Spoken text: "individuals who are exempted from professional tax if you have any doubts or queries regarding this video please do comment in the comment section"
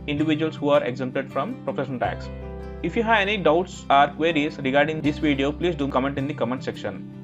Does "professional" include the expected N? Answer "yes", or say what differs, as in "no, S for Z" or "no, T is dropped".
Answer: no, N is dropped